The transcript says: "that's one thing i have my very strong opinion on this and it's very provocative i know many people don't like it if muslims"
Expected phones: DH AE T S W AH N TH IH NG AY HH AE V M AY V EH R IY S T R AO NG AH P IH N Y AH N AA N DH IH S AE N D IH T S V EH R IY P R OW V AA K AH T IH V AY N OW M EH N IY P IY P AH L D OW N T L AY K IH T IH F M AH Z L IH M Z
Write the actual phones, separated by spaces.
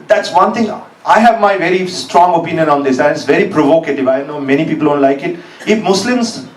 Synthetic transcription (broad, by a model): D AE T S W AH N T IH NG AY HH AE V M AY V EH R IY S T R AO NG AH P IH N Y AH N AA N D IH S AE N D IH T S V EH R IY P R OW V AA K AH T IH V AY N OW M EH N IY P IY P AH L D OW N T L AY K IH T IH F M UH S L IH M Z